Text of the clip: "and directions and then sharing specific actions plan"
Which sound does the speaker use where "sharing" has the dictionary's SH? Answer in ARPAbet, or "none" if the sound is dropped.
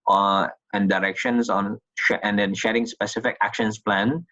SH